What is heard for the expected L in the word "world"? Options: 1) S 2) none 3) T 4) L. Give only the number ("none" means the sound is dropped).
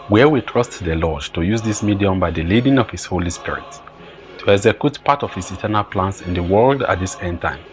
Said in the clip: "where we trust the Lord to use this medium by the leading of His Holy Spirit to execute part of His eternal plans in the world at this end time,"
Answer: 4